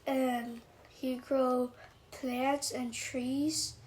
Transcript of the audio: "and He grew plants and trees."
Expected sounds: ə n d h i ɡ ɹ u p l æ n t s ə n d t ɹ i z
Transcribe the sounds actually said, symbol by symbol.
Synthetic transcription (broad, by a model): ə n h i ɡ ɹ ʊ p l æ t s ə n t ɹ i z